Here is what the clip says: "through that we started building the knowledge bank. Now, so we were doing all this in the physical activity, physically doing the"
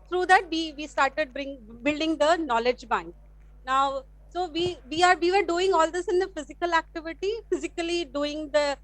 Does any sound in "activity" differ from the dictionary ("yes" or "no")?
no